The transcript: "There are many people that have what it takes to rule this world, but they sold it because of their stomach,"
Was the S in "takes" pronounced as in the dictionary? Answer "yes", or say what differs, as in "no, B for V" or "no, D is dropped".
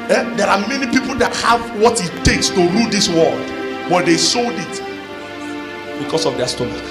yes